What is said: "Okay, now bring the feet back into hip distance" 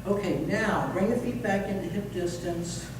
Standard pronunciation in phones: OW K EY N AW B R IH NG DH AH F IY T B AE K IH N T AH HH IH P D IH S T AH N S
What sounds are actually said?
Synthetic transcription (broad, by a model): OW K EY N AW B R IH NG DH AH F IY T B AE K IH N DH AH HH IH P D IH S T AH N S